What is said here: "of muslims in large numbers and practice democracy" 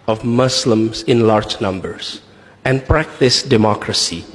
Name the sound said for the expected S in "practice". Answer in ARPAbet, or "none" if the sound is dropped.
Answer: S